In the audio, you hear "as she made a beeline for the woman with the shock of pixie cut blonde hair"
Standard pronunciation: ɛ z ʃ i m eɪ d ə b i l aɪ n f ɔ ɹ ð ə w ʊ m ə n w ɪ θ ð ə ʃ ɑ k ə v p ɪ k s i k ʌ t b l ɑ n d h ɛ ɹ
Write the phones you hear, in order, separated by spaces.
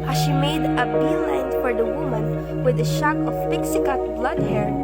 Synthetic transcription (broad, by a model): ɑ ʃ i m eɪ d ə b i l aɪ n f ɔ ɹ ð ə w ʊ m ə n w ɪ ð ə ʃ ɑ k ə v p ɪ k s i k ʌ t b l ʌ d h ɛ ɹ